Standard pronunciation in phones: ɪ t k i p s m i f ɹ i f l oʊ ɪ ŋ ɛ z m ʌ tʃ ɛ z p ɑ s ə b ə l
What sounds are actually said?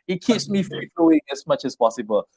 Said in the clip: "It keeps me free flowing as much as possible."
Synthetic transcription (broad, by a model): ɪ t k i p s m i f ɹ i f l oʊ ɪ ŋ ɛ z m ʌ tʃ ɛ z p ɑ s b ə l